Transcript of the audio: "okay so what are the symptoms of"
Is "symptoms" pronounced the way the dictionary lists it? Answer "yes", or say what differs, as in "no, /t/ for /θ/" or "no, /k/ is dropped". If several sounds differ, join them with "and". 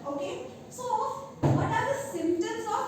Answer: no, /p/ is dropped